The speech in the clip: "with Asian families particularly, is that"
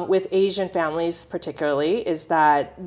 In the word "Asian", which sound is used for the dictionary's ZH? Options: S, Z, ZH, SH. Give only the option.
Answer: ZH